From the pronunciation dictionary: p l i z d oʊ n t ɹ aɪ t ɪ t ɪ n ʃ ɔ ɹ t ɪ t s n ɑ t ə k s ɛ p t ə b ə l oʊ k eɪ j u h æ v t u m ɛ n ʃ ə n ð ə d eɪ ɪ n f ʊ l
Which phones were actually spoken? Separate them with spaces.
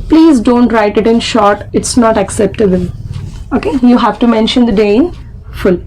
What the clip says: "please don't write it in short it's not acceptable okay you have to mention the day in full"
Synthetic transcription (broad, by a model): p l i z d oʊ n t ɹ aɪ t ɪ t ɪ n ʃ ɔ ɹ t ɪ t s n ɑ t ə k s ɛ p t ə b ə l oʊ k eɪ j u h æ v t u m ɛ n ʃ ə n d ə d eɪ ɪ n f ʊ l